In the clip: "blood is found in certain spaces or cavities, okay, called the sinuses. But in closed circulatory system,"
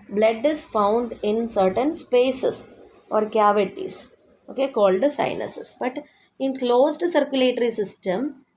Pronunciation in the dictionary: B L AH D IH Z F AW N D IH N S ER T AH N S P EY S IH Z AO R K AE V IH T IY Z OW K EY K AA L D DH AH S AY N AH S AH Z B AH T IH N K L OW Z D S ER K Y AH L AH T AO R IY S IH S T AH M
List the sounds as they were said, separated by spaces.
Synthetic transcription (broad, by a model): B L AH D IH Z F AW N D IH N S ER T AH N S P EY S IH S AO R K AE V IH T IY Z OW K EY K AA L D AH S AY N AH S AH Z B AH T IH N K L OW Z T S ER K Y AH L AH T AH R IY S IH S T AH M